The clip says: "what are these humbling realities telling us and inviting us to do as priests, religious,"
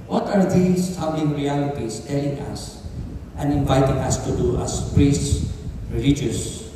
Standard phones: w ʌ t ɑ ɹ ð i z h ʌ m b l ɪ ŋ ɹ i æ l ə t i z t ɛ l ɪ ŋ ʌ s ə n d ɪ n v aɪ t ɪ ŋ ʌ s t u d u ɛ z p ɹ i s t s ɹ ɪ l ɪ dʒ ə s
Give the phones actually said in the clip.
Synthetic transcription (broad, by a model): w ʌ t ɑ ɹ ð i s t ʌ b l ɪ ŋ ɹ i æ l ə t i s t ɛ l ɪ ŋ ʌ s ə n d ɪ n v aɪ t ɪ ŋ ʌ s t u d u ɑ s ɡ ɹ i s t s ɹ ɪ l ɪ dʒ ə s